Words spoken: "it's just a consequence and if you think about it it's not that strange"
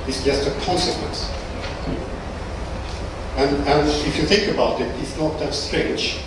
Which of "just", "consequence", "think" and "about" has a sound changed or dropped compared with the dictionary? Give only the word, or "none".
none